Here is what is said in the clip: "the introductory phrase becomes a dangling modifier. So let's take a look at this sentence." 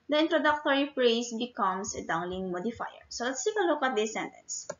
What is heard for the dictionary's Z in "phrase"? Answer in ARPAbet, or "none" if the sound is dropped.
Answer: S